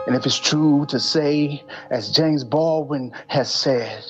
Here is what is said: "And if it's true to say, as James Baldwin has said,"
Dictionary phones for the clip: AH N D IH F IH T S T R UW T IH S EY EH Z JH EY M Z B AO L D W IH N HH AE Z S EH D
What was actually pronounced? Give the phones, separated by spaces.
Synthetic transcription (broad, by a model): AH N IH F IH T S T R UW T IH S EY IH Z JH EY M Z B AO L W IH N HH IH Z S EH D